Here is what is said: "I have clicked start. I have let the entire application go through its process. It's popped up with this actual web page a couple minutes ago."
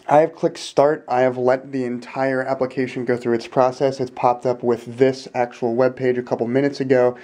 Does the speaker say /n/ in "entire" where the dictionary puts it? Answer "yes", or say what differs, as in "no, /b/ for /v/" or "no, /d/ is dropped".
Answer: yes